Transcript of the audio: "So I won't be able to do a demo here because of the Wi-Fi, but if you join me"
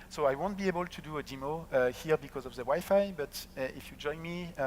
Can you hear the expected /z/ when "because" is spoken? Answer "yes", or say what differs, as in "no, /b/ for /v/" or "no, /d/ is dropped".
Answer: yes